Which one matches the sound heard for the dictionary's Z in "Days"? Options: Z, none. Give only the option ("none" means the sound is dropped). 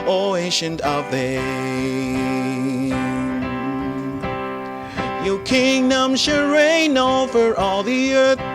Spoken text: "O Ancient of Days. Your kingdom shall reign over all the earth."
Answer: none